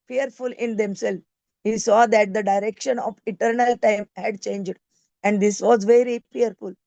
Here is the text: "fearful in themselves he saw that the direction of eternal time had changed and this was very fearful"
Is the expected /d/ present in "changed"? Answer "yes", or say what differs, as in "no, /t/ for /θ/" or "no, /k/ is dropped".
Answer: yes